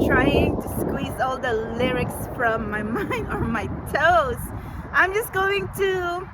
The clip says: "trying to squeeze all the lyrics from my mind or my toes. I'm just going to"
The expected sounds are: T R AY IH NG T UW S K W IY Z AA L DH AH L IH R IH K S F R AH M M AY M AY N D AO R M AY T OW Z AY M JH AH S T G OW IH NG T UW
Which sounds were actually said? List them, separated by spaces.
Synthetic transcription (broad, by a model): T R AY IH NG T UW S K W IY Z AA L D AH L IH R IH K S F R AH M M AY M AY N D AO R M AY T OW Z AY M JH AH S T G OW IH NG T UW